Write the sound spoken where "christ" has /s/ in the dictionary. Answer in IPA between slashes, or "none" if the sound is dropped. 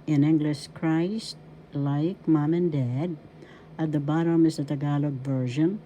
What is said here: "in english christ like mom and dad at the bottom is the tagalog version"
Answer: /s/